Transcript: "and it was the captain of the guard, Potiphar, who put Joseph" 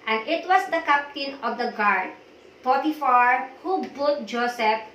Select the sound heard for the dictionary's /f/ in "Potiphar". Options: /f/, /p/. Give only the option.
/f/